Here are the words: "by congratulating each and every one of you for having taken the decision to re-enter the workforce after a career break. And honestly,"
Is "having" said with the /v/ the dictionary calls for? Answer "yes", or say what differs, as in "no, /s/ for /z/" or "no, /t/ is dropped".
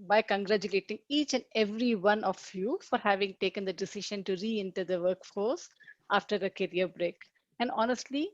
yes